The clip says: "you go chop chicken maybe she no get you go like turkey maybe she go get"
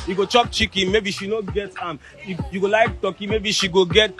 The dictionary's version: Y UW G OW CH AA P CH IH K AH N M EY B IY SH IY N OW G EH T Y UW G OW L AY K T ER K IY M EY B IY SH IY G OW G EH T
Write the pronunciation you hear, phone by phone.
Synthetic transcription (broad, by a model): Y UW G OW CH AA P CH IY K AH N M EY B IY SH IY N OW G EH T Y UW G OW L AY K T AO K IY M EY B IY SH IY G OW G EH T